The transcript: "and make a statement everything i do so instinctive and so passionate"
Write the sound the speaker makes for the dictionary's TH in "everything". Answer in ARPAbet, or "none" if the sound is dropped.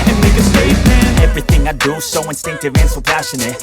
TH